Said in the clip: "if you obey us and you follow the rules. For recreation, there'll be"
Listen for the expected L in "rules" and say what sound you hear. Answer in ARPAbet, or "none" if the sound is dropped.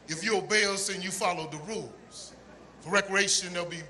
L